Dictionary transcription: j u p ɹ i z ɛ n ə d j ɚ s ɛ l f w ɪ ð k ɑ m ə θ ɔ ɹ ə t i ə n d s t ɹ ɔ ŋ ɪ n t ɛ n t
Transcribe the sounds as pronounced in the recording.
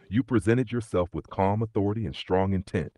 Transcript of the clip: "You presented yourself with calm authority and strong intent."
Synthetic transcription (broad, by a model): j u p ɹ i z ɛ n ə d j ɚ s ɛ l f w ɪ ð k ɑ m ə θ ɔ ɹ ə t i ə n s t ɹ ɔ ŋ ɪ n t ɛ n t